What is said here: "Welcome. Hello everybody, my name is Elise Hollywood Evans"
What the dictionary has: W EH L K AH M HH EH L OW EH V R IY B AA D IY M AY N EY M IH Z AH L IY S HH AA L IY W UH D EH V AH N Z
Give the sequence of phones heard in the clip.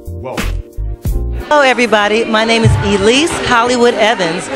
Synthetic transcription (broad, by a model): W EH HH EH UH EH V R IY B AA D IY M AY N EY M IH Z AH L IY S HH AA L IY W UH D EH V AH N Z